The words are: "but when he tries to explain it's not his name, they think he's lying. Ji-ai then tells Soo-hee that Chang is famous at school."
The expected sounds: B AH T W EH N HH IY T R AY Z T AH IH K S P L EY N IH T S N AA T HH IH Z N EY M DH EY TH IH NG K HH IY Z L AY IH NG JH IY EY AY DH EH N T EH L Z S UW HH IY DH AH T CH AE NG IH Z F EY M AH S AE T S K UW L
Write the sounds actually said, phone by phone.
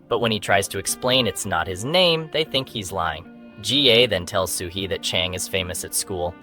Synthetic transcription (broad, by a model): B AH T W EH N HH IY T R AY Z T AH IH K S P L EY N IH T S N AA T HH IH Z N EY M DH EY TH IH NG K HH IY Z L AY IH NG JH IY EY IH DH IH N T EH L Z S UW HH IY DH AH T CH AE NG IH Z F EY M AH S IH T S K UW L